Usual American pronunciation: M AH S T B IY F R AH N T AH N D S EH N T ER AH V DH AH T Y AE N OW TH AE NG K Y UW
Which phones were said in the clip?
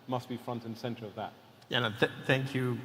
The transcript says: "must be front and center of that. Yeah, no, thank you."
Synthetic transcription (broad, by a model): M AH S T B IY F R AH N T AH N S EH N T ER AH V DH AH T Y AE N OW TH AE NG K Y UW